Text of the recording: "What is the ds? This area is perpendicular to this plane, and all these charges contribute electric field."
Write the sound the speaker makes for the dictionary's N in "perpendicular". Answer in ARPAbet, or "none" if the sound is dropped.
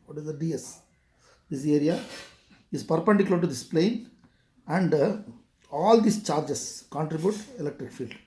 none